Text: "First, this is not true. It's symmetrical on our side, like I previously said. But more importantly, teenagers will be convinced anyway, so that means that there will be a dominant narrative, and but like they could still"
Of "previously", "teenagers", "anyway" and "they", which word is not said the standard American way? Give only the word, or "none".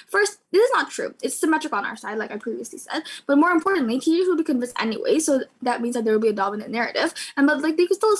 teenagers